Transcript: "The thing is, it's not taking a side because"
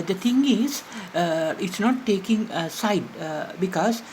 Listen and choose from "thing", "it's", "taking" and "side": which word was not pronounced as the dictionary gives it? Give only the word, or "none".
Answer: thing